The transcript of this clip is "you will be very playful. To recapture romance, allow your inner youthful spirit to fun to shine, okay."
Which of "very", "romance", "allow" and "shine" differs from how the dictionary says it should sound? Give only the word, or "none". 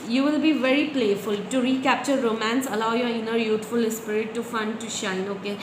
none